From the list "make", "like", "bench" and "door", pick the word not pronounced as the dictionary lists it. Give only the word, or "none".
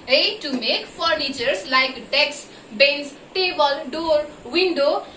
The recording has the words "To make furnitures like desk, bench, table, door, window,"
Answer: bench